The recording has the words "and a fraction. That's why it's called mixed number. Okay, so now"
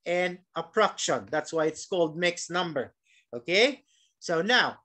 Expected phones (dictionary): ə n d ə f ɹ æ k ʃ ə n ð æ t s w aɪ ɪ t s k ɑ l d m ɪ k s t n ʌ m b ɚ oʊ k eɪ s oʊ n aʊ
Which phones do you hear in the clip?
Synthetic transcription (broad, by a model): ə n ə p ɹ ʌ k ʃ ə n ð æ t s w aɪ ɪ t s k ɑ l d m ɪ k s n ʌ m b ɚ oʊ k eɪ s oʊ n aʊ